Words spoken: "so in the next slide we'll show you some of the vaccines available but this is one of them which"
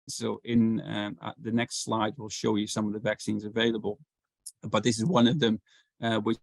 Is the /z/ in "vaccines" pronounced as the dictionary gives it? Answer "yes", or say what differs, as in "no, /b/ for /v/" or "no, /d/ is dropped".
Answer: yes